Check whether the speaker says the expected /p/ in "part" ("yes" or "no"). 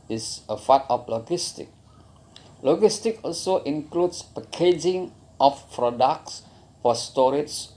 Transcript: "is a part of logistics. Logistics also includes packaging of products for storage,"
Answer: no